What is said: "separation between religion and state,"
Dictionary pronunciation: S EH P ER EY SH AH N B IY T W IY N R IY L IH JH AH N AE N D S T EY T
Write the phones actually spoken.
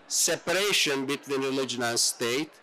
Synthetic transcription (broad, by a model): S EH P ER EY SH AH N B IY T W IY N R IY L IH JH AH N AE N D S T EY T